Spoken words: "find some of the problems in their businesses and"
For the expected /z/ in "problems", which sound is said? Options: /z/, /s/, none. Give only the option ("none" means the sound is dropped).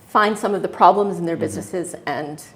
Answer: /z/